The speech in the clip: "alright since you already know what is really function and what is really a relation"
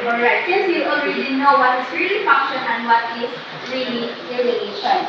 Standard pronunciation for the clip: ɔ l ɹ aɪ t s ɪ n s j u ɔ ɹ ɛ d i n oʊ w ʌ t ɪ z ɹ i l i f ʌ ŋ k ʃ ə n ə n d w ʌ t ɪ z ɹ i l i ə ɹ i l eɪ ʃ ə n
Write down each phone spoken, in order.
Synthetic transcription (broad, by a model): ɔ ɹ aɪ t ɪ s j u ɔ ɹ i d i n oʊ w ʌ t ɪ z ɹ i l i f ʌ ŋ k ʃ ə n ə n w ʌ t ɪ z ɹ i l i ə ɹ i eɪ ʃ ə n